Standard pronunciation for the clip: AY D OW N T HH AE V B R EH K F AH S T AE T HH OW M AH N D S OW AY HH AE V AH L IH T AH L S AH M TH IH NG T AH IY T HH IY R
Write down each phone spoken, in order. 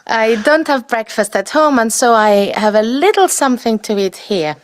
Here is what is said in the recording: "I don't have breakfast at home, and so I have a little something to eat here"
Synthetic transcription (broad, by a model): AY D OW N T HH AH V B R EH K F AH S T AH T HH OW M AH N S OW AY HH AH V AH L IH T L S AH M TH IH NG T AH IY T HH IY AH